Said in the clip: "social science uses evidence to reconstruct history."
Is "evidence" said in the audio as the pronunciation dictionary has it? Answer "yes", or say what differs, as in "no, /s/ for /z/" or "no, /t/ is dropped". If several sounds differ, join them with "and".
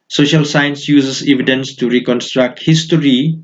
yes